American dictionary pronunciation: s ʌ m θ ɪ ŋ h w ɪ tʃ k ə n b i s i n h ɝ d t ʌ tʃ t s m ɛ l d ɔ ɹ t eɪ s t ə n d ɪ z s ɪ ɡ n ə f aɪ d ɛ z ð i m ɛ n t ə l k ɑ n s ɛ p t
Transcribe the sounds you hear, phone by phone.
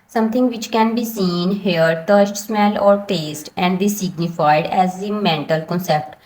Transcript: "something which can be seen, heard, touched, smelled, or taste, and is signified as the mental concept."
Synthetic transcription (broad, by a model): s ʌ m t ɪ ŋ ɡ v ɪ tʃ k ə n b i s i n h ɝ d t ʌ s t s m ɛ l ɔ ɹ t eɪ s t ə n d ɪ s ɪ ɡ n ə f aɪ d ɛ z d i m ɛ n t ə l k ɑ n s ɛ p t